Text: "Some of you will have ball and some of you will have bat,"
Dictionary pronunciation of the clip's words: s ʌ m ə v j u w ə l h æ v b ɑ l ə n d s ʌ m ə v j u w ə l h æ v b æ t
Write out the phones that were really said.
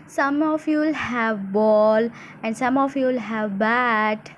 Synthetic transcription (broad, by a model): s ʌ m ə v j u l h æ v b ɑ l ə n d s ʌ m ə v j u l h æ v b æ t